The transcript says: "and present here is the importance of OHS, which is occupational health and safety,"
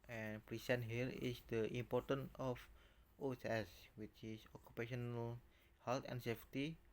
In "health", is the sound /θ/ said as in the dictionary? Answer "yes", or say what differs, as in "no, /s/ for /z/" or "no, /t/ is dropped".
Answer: no, /t/ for /θ/